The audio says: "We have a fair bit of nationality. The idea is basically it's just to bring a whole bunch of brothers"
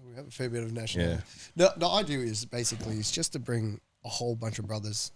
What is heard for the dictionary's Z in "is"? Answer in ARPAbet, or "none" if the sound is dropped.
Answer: Z